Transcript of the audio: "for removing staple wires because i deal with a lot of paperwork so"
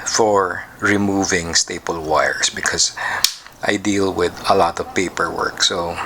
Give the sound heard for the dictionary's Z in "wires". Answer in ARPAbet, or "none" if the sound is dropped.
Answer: S